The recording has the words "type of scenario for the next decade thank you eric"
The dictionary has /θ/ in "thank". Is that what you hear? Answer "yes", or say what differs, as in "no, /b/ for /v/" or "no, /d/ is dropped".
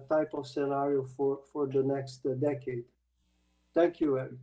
no, /t/ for /θ/